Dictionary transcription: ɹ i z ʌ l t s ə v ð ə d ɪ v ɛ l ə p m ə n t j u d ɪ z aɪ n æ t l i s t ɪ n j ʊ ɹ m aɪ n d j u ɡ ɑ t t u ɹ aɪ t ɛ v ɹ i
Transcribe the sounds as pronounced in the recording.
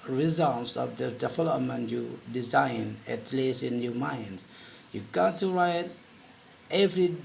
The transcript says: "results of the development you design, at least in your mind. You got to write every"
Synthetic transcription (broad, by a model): ɹ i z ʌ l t s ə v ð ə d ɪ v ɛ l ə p m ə n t j u d ɪ z aɪ n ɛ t l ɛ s ɪ n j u m aɪ n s j u ɡ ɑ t t u ɹ aɪ t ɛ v ɹ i